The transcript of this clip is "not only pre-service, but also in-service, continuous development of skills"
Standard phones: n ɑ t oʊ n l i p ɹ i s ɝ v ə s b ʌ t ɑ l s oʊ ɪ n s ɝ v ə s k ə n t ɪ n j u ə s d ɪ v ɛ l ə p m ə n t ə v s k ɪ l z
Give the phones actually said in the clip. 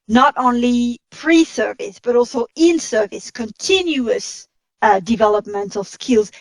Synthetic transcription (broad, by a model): n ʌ t oʊ n l i p ɹ i s ɝ v ə s b ʌ t ɑ l s oʊ ɪ n s ɝ v ə s k ə n t ɪ n j u ə s d ɪ v ɛ l ə p m ə n t ə v s k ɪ l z